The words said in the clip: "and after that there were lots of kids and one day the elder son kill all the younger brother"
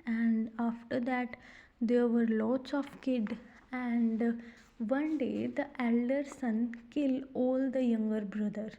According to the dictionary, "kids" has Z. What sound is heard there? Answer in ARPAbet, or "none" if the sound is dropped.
none